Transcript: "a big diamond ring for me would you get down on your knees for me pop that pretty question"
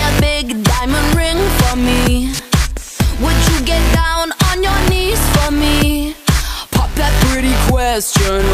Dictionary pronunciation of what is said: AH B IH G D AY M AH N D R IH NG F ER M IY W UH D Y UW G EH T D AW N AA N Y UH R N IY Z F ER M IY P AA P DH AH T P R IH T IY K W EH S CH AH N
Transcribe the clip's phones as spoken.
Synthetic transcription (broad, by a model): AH B IH G D AY M AH N D R IH NG F ER M IY W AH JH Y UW G EH T D AW N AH N Y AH R N IY Z F ER M IY P AA P DH AH T P R IH T IY K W EH S CH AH N